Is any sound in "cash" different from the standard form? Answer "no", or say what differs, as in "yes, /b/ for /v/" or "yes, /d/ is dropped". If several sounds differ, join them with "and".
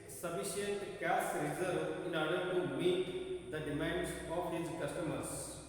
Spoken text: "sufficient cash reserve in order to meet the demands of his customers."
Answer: yes, /s/ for /ʃ/